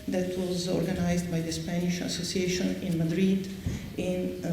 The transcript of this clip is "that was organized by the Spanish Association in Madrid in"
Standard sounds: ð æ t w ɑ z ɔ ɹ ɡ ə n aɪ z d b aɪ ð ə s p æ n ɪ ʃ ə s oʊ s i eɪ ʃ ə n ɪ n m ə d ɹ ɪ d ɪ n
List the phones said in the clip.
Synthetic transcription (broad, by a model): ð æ t w ɑ z ɔ ɹ ɡ ə n aɪ z d b aɪ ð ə s p æ n ɪ ʃ ə s oʊ s i eɪ ʃ ə n ɪ n m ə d ɹ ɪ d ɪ n